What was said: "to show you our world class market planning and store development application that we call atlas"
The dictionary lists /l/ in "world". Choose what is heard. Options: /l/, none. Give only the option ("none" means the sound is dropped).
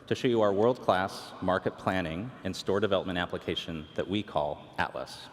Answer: /l/